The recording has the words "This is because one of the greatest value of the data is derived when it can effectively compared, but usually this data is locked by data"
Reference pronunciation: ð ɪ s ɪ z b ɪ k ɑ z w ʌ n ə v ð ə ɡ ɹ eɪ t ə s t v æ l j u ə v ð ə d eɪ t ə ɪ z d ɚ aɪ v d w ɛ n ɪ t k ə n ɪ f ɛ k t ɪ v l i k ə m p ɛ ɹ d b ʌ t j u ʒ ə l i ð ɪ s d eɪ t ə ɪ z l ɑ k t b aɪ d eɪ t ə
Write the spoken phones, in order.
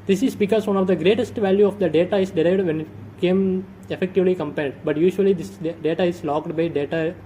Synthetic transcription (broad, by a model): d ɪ s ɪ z b ɪ k ɑ z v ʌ n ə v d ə ɡ ɹ eɪ t ə s t v æ l j u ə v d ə d eɪ t ə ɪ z d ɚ aɪ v d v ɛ n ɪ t k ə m ɪ f ɛ k t ɪ v l i k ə m p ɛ l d b ʌ t j u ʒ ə l i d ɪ s d eɪ t ə ɪ z l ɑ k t b aɪ d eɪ t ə